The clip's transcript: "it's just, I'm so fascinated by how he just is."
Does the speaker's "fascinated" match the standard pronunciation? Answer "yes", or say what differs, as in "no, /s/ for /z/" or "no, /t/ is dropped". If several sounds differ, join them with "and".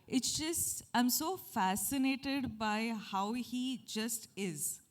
yes